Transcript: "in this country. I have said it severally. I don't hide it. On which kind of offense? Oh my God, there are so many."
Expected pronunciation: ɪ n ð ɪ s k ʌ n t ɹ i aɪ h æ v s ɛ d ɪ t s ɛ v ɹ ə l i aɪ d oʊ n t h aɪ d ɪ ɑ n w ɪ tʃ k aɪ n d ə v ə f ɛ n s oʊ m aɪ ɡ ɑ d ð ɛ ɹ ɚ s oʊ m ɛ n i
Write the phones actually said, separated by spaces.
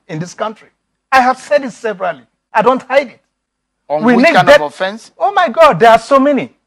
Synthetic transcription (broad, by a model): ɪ n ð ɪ s k ʌ n t ɹ i aɪ h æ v s ɛ d ɪ t s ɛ v ɹ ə l i aɪ d oʊ n t h aɪ d ɪ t w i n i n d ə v ə f ɛ n s oʊ m aɪ ɡ ɑ d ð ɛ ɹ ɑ s oʊ m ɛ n i